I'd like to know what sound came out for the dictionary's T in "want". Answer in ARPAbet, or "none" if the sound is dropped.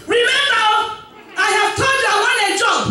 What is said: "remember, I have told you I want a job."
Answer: none